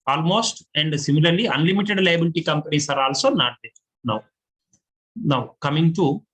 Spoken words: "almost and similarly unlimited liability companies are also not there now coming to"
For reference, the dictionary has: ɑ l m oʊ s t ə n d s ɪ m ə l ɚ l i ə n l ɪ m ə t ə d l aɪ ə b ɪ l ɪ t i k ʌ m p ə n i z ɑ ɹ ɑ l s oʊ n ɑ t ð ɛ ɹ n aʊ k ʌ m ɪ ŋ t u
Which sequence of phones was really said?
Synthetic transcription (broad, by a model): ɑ l m oʊ s t ə n d s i m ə l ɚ l i ə n l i m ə t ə d l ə b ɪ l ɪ t i k ʌ m p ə n i s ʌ ɹ ɑ l s oʊ n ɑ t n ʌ w n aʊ k ʌ m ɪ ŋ t u